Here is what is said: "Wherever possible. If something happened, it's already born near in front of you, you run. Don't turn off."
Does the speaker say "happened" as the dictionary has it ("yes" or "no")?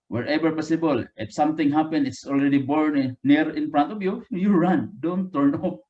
no